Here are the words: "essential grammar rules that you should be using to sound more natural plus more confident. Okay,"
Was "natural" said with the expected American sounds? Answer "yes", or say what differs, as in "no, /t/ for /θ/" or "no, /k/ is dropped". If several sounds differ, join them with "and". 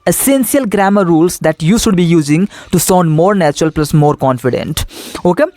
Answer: yes